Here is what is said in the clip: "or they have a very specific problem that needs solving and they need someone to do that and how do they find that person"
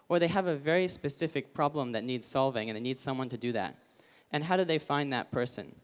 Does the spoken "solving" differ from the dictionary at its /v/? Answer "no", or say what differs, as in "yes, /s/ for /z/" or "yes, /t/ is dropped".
no